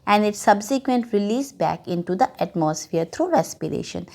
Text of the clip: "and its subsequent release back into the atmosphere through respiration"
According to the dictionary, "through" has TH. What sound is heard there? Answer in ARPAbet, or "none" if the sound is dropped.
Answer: T